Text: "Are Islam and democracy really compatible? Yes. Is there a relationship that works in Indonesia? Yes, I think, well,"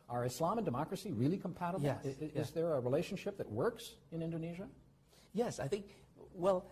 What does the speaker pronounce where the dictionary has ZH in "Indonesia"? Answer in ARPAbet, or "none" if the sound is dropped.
ZH